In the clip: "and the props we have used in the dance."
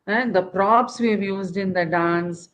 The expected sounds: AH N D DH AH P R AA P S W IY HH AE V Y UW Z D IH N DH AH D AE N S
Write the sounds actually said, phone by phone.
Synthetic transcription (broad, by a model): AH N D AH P R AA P S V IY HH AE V Y UW Z D IH N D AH D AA N S